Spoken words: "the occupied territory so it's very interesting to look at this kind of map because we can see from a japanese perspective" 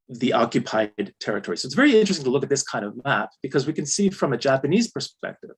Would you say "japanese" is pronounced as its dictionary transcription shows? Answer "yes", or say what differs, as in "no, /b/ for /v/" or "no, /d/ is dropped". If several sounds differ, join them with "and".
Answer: yes